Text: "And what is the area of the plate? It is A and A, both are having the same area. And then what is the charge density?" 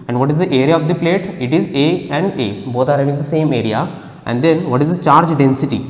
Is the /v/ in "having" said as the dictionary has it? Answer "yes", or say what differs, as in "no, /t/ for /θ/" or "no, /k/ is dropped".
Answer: no, /v/ is dropped